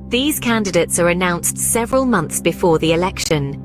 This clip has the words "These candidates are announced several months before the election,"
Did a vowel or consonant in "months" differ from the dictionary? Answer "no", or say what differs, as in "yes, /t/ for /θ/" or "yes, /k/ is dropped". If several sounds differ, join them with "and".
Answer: no